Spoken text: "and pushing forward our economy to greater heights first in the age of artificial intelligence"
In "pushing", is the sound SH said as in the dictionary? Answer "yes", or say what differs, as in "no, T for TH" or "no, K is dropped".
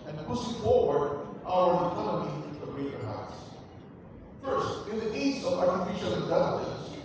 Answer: no, S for SH